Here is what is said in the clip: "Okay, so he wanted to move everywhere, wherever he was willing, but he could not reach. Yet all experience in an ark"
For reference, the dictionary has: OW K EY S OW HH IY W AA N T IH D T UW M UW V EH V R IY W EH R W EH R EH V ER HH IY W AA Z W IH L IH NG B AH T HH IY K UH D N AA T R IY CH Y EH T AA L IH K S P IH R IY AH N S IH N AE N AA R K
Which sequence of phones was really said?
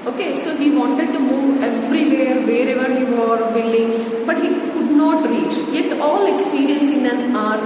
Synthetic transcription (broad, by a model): OW K EY S OW HH IY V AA N T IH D T UW M UW V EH V R IY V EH R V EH R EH V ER HH IY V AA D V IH L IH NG B AH T HH IY K UH D N AA T R IY CH Y EH T AA L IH K S P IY R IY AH N S IH N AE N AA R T